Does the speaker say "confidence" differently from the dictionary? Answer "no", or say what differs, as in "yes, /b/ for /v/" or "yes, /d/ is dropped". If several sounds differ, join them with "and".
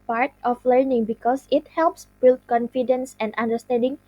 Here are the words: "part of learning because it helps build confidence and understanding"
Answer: no